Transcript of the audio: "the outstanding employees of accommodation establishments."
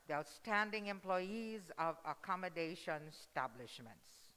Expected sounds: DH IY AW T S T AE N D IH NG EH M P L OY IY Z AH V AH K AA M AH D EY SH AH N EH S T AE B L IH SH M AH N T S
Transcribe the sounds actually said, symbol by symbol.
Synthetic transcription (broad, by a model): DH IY AW T S T AE N D IH NG EH M P L OY IY Z AH V AH K AA M AH D EY SH AH N S T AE B L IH SH M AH N T S